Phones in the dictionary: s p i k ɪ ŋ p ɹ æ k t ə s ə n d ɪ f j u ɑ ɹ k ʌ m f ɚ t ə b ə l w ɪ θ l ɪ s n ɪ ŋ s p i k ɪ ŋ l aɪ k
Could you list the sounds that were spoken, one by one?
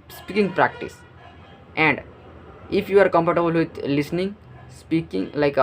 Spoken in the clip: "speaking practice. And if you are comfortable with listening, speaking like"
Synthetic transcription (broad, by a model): s p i k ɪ ŋ p ɹ æ k t ə s ə n d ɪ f j u ɑ ɹ k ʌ m p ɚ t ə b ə l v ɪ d l ɪ s n ɪ ŋ s p i k ɪ ŋ l aɪ k